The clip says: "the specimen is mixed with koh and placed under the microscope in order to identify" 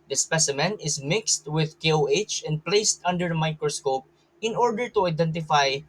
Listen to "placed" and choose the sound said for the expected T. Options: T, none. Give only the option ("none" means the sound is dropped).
T